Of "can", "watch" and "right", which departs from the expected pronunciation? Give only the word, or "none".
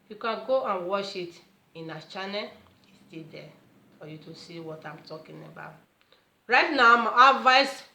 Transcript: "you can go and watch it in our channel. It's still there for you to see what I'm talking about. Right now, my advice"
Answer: watch